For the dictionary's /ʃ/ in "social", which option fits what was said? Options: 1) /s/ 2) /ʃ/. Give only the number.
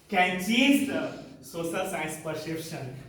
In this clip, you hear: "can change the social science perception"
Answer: 1